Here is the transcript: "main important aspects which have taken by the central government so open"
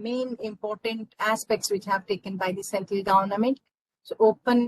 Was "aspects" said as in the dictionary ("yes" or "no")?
yes